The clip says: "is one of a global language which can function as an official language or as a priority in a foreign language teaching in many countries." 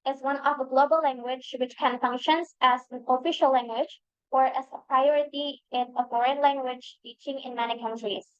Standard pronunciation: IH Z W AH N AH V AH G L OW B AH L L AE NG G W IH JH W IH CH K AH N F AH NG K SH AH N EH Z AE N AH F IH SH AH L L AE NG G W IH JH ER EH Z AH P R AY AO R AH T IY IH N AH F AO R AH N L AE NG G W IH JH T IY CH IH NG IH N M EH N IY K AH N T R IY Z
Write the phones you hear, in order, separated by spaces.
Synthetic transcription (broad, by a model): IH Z W AH N AH V AH G L OW B AH L L AE NG G W IH JH W IH CH K AH N F AH NG K SH AH N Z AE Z AH F IH SH AH L L AE NG G W IH JH ER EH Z AH P R AY AO R AH T IY IH N AH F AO R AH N L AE NG G W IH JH T IY CH IH NG IH N M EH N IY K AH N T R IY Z